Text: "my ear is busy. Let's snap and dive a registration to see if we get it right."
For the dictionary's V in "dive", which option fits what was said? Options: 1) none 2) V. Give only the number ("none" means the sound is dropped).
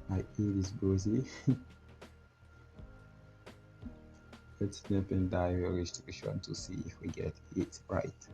1